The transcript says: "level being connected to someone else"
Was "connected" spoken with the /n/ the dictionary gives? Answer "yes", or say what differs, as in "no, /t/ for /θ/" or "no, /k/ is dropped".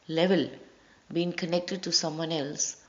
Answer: yes